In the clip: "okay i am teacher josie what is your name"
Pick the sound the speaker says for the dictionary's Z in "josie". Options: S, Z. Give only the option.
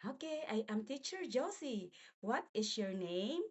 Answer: S